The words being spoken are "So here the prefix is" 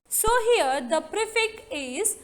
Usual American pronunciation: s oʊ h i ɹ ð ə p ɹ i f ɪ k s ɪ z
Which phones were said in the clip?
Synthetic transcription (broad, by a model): s oʊ h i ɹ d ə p ɹ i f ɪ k ɪ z